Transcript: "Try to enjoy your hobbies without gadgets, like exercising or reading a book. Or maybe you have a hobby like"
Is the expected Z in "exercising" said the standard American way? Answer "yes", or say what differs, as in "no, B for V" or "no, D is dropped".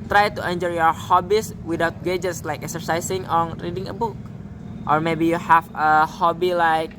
no, S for Z